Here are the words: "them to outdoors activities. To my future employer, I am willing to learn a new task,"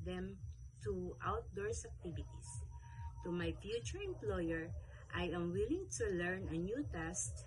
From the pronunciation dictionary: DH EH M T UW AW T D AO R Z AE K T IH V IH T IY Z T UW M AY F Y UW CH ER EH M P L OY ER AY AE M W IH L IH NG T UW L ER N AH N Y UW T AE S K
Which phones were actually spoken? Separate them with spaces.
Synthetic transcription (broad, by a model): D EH M T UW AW T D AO R S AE K T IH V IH T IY S T UW M AY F Y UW CH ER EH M P L OY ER AY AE M W IH L IH NG T UW L ER N AH N Y UW T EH S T